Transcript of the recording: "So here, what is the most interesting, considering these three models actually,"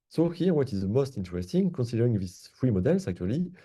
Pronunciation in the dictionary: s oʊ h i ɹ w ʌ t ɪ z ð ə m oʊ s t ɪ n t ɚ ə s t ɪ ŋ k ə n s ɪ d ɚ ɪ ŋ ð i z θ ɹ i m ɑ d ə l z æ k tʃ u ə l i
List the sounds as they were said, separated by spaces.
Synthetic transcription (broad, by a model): s oʊ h i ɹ w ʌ t ɪ z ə m oʊ s t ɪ n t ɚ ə s t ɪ ŋ k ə n s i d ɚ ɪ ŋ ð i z f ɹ i m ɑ d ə l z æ k tʃ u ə l i